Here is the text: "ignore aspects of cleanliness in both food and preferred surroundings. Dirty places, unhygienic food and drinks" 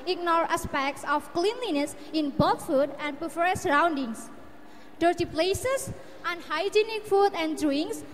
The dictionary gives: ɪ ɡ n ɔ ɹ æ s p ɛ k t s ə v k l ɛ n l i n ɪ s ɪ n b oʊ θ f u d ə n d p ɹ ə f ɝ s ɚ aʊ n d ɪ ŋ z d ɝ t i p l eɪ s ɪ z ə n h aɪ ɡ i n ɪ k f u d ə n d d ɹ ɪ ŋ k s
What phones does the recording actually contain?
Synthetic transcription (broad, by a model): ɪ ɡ n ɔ ɹ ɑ s p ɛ k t s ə f k l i n l i n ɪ s ɪ n b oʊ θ f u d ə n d p ə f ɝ s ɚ aʊ n d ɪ ŋ s d ɝ t i p l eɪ s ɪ s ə n h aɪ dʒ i n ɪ k f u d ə n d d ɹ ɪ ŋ s